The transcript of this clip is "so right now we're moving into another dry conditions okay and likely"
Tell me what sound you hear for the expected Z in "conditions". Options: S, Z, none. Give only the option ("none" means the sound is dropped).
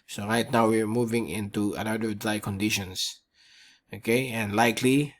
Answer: S